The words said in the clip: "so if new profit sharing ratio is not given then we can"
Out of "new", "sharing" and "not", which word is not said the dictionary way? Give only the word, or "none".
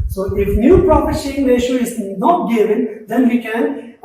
sharing